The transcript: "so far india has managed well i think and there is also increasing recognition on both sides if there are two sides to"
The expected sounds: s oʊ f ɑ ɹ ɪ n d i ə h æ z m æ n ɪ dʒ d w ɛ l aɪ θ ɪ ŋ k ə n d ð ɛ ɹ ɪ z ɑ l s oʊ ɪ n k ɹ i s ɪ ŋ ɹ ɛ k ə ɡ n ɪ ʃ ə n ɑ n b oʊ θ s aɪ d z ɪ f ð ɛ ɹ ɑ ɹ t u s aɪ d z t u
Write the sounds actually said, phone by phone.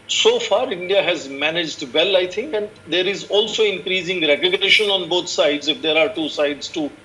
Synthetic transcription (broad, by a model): s oʊ f ɑ ɹ ɪ n d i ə h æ z m æ n ɪ dʒ d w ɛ l aɪ t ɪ ŋ k ə n d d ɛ ɹ ɪ z ɑ l s oʊ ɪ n k ɹ i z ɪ ŋ ɹ ɛ k ə ɡ n ɪ ʃ ə n ɑ n b oʊ t s aɪ d z ɪ f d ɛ ɹ ɑ ɹ t u s aɪ d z t u